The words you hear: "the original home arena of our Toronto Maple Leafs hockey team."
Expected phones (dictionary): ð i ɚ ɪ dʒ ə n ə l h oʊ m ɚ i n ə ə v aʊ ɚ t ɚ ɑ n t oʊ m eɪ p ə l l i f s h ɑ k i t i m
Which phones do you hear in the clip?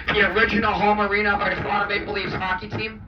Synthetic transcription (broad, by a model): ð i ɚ ɪ dʒ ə n l h oʊ m ɚ i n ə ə b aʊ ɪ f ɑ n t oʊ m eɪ b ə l l i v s h ɑ k i t i m